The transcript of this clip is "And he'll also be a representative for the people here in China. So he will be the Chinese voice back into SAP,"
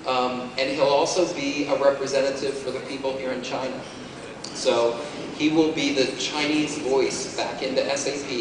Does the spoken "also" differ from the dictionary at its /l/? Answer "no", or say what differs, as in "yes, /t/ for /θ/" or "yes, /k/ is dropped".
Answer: no